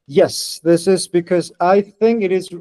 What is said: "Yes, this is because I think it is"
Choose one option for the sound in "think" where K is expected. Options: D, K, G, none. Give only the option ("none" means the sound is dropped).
K